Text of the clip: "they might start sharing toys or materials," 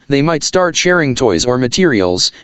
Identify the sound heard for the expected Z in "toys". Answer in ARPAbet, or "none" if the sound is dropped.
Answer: Z